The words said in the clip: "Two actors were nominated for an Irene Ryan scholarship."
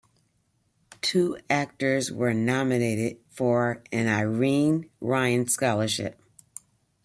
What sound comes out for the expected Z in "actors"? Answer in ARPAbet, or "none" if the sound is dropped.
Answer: Z